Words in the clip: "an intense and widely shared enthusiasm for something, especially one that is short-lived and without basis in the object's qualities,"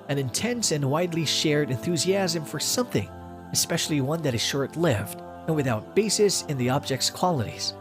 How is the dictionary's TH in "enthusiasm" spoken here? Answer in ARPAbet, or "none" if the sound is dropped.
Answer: TH